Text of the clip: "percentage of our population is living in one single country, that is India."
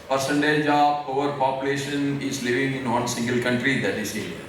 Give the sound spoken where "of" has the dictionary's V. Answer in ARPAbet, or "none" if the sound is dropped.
P